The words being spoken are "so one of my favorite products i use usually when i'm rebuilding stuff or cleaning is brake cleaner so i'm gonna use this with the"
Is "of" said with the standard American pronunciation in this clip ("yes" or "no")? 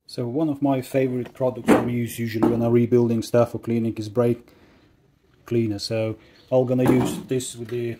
yes